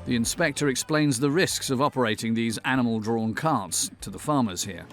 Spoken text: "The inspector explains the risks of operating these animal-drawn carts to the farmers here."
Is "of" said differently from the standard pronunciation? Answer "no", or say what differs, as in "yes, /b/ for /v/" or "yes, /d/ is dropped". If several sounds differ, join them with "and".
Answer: no